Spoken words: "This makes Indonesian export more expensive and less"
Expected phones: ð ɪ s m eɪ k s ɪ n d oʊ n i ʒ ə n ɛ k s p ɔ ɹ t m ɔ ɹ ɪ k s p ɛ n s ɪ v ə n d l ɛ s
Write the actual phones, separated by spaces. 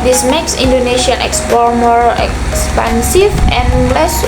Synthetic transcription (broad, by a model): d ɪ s m eɪ k s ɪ n d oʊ n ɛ ʃ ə n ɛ k s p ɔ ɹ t m ɔ ɹ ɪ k s p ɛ n s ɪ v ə n l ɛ s